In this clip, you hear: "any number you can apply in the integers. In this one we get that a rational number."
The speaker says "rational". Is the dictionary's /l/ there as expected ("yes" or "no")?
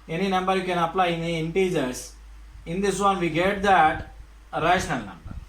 no